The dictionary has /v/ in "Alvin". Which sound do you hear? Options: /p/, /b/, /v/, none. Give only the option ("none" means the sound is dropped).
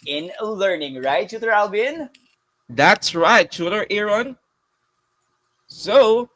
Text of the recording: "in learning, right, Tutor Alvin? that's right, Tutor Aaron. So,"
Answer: /b/